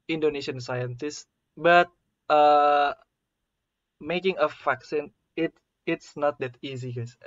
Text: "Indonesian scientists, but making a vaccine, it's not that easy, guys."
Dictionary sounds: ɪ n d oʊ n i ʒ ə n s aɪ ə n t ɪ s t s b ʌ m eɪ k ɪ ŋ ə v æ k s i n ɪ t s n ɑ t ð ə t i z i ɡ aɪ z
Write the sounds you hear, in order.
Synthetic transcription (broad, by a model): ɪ n d oʊ n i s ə n s aɪ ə n t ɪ s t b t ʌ m eɪ k ɪ ŋ ə f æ k s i n ɪ t s n ɑ t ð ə t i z i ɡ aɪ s